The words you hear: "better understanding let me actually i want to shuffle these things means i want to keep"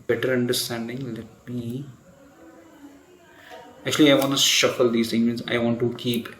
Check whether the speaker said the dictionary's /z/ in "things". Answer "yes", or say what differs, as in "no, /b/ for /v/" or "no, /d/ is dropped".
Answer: no, /z/ is dropped